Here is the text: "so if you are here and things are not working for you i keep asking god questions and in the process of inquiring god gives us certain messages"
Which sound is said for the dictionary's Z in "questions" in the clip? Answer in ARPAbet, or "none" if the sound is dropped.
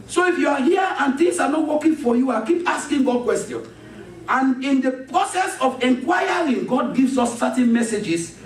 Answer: none